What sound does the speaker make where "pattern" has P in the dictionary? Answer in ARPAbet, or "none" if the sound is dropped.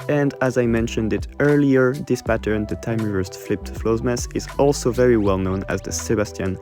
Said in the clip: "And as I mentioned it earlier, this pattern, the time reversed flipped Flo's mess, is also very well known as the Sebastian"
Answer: P